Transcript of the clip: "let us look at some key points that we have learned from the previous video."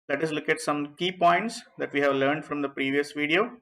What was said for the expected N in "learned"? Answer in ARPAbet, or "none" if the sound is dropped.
N